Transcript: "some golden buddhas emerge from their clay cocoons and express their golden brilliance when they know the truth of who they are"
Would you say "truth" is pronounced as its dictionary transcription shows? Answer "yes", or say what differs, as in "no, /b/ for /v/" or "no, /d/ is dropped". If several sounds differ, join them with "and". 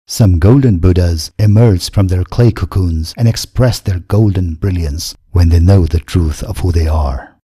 yes